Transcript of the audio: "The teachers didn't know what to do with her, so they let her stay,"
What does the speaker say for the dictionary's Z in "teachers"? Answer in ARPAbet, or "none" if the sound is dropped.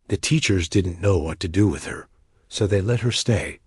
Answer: Z